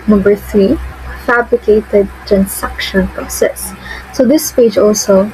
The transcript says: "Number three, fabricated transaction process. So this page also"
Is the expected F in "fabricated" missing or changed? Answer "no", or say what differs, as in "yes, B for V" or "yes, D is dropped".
no